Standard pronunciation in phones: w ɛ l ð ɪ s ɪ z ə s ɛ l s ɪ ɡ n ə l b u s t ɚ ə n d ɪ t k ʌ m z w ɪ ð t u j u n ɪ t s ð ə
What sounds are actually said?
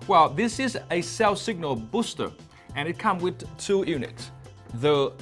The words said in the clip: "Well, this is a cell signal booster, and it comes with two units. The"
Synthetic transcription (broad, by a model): w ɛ l ð ɪ s ɪ z ə s ɛ l s ɪ ɡ n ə l b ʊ s t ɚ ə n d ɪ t k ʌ m w ɪ ð t u j u n ɪ t s ð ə